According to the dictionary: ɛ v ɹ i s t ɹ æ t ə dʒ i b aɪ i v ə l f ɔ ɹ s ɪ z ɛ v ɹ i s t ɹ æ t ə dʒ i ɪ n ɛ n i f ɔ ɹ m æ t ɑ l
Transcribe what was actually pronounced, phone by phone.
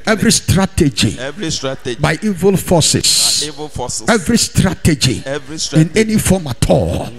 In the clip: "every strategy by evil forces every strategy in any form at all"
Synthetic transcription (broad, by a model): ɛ v ɹ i s t ɹ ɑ t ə dʒ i b aɪ i v ə l f ɔ s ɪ s ɛ v ɹ i s t ɹ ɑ t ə dʒ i ɪ n ɛ n i f ɔ m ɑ t ɑ l